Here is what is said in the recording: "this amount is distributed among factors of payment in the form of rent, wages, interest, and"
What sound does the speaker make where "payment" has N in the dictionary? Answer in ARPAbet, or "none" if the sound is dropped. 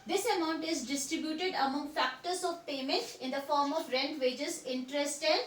N